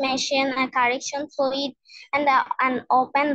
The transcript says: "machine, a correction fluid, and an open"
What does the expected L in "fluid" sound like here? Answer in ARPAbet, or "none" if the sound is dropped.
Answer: none